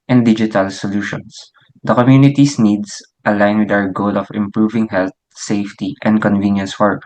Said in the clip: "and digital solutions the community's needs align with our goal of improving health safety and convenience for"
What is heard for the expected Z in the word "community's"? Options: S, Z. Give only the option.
S